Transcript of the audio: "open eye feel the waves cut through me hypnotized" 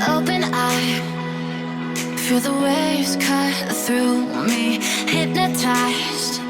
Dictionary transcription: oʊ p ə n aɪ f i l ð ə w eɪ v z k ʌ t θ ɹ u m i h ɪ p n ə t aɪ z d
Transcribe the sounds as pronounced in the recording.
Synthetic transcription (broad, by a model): oʊ p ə n aɪ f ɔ ð ə w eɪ z k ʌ θ ɹ u m i h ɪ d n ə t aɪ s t